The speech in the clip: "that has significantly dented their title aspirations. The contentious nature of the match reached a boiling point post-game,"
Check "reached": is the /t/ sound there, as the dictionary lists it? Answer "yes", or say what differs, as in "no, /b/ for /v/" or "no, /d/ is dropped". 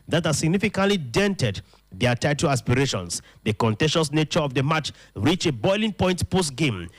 no, /t/ is dropped